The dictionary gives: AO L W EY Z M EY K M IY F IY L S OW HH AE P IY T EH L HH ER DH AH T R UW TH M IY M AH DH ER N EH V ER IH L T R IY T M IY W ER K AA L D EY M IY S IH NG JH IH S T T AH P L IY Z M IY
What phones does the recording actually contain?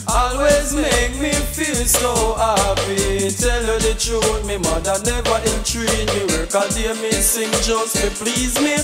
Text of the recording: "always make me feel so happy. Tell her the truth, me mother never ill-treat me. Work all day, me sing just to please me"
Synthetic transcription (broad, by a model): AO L W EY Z M EY K M IY F IY L S OW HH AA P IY T EH L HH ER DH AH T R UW T M IY M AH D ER N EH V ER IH N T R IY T M IY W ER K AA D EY M IY S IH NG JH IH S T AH P L IY Z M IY